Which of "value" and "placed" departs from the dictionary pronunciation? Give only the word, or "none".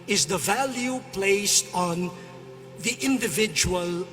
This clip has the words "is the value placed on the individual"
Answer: none